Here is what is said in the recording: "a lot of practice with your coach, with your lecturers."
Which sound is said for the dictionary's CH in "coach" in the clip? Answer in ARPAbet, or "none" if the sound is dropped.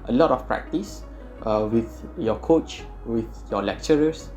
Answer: CH